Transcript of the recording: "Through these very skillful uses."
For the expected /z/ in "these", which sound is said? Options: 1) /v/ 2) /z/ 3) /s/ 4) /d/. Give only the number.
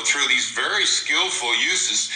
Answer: 2